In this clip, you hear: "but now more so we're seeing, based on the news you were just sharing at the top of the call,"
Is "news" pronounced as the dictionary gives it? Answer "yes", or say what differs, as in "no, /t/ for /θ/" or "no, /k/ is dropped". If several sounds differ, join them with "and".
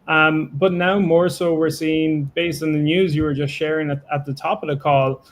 yes